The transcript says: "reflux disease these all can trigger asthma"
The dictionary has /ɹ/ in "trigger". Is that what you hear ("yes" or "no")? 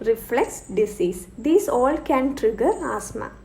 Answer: yes